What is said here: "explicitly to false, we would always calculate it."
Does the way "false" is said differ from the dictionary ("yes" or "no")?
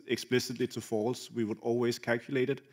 no